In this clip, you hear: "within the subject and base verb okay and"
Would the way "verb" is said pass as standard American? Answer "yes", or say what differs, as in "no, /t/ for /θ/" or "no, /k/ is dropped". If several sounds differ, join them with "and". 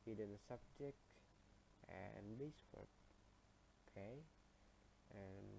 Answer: no, /w/ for /v/